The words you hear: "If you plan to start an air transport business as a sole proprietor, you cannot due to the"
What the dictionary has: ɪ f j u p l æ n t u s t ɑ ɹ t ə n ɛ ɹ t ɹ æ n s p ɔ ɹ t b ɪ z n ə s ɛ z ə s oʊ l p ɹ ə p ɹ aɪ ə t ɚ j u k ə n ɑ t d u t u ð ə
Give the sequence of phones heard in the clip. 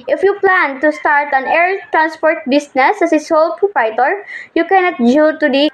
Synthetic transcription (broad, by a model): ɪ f j u p l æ n t u s t ɑ ɹ t ə n ɛ ɹ t ɹ æ n s p ɔ ɹ t b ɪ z n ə s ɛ s ə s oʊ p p ə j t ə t j u k ə n ɑ t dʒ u t u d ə